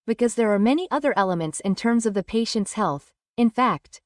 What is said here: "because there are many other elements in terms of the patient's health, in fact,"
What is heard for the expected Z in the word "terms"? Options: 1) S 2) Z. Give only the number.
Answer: 2